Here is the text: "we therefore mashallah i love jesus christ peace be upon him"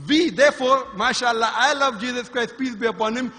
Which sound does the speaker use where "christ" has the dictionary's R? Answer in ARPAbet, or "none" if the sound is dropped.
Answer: R